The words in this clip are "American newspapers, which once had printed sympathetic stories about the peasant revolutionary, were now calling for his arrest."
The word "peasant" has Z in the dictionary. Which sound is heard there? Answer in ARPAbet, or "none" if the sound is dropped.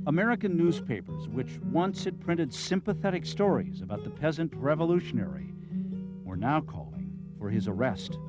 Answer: Z